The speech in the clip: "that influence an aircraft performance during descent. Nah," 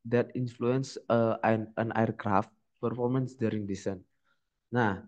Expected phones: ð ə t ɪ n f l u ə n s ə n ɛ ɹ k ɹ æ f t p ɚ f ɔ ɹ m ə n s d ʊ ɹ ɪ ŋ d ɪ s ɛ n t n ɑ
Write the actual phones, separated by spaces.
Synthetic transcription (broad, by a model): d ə t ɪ n f l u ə n s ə n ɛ ɹ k ɹ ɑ f t p ɚ f ɔ ɹ m ə n s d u ɹ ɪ ŋ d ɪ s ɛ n n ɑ